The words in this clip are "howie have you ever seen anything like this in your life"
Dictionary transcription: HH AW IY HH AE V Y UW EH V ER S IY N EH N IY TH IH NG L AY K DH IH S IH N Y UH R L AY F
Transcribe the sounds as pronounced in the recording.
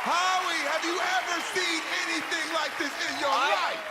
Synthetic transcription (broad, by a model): HH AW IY HH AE V Y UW EH V ER S IY N EH N IY TH IH NG L AY K DH IH S IH N Y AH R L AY